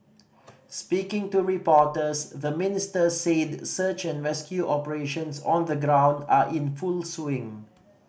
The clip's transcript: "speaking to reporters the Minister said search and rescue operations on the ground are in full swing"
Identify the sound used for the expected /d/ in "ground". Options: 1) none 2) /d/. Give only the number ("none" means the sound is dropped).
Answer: 2